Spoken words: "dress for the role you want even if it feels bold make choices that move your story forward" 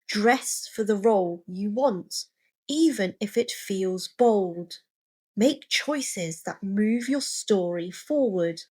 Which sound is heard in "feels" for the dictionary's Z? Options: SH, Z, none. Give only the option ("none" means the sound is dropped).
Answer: Z